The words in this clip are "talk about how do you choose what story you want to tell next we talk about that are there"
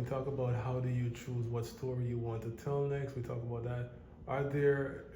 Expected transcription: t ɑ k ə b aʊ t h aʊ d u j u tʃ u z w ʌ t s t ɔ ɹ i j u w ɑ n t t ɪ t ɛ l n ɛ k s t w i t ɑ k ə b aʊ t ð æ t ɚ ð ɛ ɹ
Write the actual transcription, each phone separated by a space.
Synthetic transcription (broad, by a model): t ɑ k ə b aʊ t h aʊ d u j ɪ tʃ u z w ʌ t s t ɔ ɹ i j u w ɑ n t t ɪ t ɛ l n ɛ k s t w i t ɑ k ə b aʊ t ð æ t ɚ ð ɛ ɹ